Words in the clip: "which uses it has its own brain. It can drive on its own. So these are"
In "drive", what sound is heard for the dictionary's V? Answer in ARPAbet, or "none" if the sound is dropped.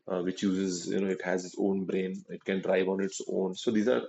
V